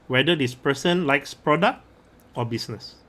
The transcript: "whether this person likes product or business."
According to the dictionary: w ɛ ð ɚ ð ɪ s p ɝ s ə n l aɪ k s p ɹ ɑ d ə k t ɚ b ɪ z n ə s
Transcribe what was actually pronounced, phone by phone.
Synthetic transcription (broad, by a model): w ɛ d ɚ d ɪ s p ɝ s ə n l aɪ k s p ɹ ɑ d ə k t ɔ b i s n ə s